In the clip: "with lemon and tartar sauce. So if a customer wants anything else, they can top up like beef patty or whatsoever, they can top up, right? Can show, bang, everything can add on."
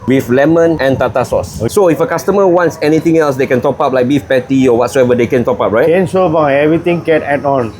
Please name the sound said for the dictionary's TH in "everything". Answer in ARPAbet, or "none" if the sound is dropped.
T